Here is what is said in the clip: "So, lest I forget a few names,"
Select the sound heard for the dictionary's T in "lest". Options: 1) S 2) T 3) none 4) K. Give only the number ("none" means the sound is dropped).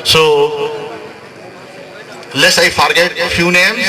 3